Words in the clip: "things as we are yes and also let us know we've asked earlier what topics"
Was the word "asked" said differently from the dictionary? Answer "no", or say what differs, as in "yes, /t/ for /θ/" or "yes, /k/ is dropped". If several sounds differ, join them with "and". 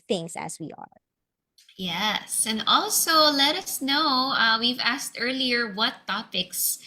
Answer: no